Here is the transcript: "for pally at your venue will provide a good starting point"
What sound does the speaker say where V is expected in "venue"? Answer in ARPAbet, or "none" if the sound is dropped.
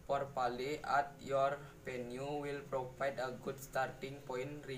P